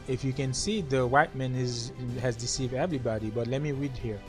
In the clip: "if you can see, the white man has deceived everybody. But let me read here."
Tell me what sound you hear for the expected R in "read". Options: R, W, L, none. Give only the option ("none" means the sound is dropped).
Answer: R